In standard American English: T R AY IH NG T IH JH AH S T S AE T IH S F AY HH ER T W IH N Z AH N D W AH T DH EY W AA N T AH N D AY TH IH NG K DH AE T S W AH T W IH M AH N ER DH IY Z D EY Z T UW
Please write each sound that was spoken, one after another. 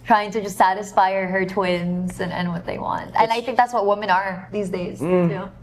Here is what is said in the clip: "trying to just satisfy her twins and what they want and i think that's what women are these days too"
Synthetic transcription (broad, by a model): T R AY IH NG T IH JH AH S T S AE T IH S F AY HH ER T W IH N Z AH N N W AH T DH EY W AA N T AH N AY TH IH NG K DH AE T S W AH T W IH M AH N ER DH IY Z D EY Z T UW